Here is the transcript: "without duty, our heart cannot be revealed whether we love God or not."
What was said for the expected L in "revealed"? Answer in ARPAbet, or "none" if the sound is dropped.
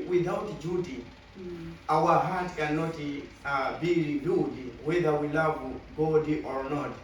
none